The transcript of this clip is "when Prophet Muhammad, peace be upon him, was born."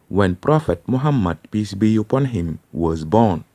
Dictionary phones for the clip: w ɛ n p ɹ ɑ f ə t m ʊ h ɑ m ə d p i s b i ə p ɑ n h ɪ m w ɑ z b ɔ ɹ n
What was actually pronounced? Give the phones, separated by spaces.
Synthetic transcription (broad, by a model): w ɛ n p ɹ ɑ f ə t m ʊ h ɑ m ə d p i s b i ə p ɑ n h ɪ m w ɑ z b ɔ n